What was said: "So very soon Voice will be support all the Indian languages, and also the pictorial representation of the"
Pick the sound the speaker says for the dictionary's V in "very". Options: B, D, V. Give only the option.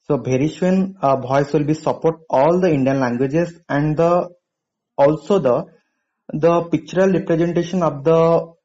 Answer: B